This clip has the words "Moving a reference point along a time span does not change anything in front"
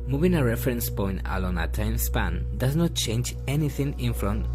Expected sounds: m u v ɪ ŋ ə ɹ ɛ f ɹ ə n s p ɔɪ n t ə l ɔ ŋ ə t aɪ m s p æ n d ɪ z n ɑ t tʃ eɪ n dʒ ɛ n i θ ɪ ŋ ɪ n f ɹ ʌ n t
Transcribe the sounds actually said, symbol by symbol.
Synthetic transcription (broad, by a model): m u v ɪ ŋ ə ɹ ɛ f ɹ ə n s p ɔɪ n t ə l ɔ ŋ ə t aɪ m s p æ n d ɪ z n ɑ t tʃ eɪ n dʒ ɛ n i θ ɪ ŋ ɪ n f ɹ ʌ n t